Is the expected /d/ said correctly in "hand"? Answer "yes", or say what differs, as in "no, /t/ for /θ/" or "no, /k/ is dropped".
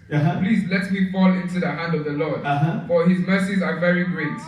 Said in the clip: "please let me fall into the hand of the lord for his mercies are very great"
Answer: yes